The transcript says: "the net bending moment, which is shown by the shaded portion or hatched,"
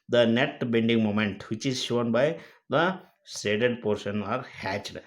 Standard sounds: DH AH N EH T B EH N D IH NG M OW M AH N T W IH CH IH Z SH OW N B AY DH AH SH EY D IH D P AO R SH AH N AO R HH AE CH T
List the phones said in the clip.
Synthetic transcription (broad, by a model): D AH N EH T B EH N D IH NG M OW M AH N T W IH CH IH Z SH OW N B AY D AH S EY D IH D P AO R SH AH N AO R HH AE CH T